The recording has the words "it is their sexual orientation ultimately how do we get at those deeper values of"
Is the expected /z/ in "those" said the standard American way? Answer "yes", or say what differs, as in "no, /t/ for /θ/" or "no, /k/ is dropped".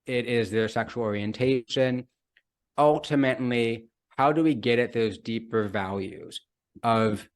yes